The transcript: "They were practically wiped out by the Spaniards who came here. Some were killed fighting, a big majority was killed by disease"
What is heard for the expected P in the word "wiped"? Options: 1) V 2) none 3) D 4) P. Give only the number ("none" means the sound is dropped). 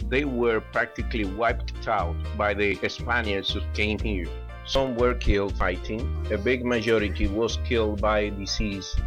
4